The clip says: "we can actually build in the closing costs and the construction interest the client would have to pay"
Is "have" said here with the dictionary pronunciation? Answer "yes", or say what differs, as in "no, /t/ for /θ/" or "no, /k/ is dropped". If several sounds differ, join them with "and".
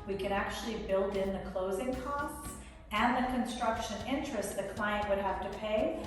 no, /f/ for /v/